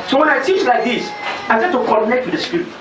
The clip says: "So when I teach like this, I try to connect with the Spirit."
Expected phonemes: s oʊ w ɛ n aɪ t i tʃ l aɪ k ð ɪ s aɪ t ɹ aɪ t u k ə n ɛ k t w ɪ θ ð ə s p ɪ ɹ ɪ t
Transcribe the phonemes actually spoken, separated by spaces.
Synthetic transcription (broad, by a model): s oʊ w ɛ n aɪ t i tʃ l aɪ k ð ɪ s aɪ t ɛ t u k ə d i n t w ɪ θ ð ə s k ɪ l